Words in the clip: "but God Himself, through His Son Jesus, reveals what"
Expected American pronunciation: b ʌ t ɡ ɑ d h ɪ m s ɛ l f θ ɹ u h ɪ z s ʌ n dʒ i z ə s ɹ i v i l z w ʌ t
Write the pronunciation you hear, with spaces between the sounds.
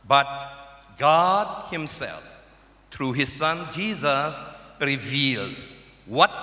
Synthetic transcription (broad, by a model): b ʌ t ɡ ɑ d h ɪ m s ɛ l f t ɹ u h ɪ z s ʌ n dʒ i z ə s ɹ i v i l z w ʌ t